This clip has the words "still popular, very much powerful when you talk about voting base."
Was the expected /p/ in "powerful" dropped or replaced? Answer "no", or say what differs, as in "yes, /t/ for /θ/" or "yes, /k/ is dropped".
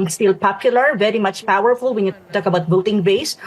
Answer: no